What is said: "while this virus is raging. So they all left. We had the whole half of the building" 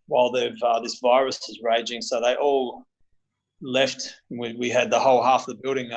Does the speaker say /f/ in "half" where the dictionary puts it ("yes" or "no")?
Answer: yes